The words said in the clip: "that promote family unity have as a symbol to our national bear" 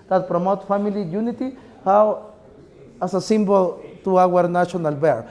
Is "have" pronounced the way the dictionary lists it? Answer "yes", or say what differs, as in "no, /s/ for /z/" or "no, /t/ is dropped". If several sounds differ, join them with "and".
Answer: no, /w/ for /v/